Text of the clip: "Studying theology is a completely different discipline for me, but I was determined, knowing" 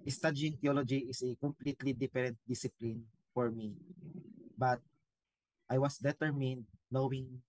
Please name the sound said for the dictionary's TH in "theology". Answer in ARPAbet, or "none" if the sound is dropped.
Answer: T